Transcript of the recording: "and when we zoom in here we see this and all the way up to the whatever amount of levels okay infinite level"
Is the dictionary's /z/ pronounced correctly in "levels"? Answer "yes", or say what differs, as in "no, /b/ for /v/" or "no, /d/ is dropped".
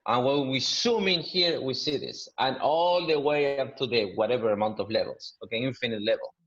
no, /s/ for /z/